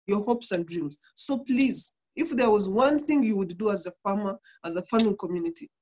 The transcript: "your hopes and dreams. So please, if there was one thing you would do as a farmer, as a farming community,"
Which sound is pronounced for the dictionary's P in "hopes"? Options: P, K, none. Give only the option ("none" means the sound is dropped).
P